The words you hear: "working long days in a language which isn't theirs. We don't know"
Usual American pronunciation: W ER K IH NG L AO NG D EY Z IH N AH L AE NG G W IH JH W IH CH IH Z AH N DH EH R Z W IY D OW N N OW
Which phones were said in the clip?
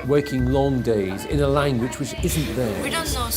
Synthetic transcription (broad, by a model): W ER K IH NG L AO NG D EY Z IH N AH L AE NG G W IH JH W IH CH IH Z AH N DH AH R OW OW